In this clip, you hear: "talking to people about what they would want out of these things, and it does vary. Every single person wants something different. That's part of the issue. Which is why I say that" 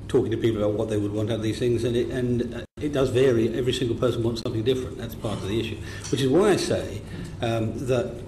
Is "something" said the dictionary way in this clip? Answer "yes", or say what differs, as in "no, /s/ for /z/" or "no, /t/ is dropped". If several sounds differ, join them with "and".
yes